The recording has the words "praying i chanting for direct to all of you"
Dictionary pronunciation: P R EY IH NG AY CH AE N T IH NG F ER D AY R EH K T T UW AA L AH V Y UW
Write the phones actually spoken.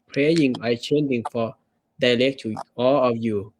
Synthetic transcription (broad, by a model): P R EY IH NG AY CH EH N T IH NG F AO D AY L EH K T T UW AA L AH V Y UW